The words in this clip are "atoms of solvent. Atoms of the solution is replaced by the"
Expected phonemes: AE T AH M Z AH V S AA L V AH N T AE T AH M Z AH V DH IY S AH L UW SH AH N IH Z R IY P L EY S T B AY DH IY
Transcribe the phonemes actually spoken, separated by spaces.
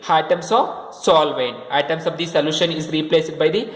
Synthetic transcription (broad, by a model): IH T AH M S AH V S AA L V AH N AA T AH M S AH V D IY S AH L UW SH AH N IH Z R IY P L EY S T B AY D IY